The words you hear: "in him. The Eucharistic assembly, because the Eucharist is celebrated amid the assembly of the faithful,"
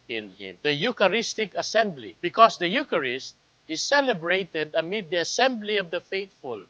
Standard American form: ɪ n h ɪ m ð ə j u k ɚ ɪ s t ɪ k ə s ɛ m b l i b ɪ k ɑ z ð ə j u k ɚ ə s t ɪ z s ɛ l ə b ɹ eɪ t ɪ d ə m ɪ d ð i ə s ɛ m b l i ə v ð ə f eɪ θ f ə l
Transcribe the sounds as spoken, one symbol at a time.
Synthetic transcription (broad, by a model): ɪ n h ɪ m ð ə j u k ɚ ɪ s t ɪ k ə s ɛ m b l i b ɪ k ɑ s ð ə j u k ɚ ə s t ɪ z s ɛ l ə b ɹ eɪ t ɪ d ə m ɪ d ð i ə s ɛ m b l i ə v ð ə f eɪ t f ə l